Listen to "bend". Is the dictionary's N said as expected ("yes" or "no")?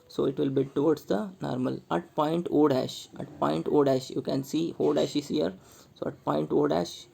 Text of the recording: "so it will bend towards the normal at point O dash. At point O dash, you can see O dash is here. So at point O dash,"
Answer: no